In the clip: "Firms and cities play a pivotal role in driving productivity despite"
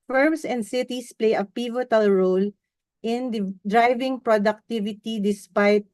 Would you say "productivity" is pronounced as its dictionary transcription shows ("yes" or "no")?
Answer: yes